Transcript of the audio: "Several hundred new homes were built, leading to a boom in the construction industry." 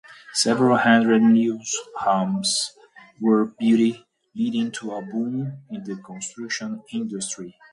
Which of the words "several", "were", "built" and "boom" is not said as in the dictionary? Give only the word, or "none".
built